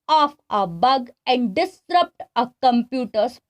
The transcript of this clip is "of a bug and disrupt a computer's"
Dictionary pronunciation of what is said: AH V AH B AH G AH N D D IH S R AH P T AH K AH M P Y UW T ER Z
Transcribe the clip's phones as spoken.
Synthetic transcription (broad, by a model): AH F AH B AH G AH N D D IH S R AH P T AH K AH M P Y UW T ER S